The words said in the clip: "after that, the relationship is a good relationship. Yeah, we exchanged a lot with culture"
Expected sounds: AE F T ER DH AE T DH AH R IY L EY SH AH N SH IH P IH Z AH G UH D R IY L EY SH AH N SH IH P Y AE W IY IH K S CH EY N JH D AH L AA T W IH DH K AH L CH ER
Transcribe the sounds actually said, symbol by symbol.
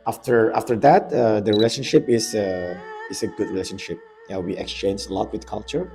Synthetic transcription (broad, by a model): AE F T ER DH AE T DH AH R IY L EY SH AH N SH IH P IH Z AH G UH D R IY L EY SH AH N SH IH P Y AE W IY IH K S CH EY N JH AH L AA T W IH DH K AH L CH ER